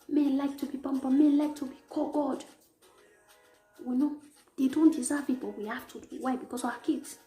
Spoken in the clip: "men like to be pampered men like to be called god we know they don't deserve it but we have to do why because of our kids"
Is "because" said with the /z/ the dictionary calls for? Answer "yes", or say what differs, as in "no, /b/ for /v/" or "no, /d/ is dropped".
no, /s/ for /z/